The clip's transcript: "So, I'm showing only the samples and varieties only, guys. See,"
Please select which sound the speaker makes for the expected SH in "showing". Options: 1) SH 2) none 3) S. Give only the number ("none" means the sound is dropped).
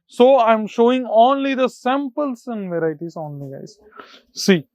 1